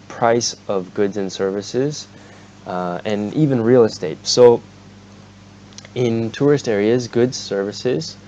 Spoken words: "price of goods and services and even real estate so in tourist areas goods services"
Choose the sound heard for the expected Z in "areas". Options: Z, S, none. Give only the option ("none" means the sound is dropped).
Z